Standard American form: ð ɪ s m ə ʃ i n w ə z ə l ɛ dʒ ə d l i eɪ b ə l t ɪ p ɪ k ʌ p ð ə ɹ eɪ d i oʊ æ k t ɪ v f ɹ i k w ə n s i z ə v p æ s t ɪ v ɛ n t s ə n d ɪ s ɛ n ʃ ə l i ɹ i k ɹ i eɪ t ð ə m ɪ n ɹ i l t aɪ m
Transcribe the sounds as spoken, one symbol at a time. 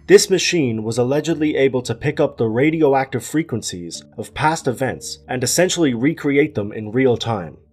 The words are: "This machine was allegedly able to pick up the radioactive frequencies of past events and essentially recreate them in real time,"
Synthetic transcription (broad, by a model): ð ɪ s m ə ʃ i n w ə z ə l ɛ dʒ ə d l i eɪ b ə l t ɪ p ɪ k ʌ p ð ə ɹ eɪ d i oʊ æ k t ɪ v f ɹ i k w ə n s i z ə v p æ s t ɪ v ɛ n t s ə n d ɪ s ɛ n ʃ l i ɹ i k ɹ i eɪ t ð ə m ɪ n ɹ i l t aɪ m